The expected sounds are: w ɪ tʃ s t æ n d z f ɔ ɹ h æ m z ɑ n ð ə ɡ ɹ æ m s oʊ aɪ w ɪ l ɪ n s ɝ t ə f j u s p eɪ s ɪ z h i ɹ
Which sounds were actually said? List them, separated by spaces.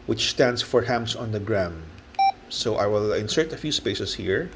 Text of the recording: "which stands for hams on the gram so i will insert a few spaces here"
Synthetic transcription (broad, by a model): w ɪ tʃ s t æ n d s f ɔ ɹ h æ m s ɑ n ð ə ɡ ɹ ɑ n s oʊ aɪ w ɪ l ɪ n s ɝ t ə f j u s p eɪ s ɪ s h i ɹ